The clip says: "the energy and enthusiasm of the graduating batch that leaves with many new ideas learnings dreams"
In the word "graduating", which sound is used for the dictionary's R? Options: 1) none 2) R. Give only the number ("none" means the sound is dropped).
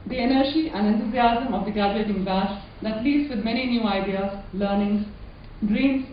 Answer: 1